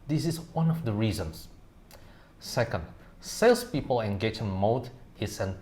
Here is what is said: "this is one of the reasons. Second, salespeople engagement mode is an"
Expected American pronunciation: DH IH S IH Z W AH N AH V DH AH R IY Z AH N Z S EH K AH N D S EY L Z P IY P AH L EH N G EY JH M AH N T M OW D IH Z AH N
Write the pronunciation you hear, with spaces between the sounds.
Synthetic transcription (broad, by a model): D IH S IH S W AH N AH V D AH R IY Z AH N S S EH K AH N D S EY L S P IY P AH L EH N G EY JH AH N M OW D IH S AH N